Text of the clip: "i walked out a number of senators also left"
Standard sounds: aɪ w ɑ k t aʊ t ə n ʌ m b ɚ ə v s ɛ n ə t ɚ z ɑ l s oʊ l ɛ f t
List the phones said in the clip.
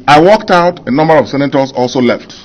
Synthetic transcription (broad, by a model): aɪ w ɑ k t aʊ t ə n ʌ m b ɚ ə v s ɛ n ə t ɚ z ɑ l s oʊ l ɛ f t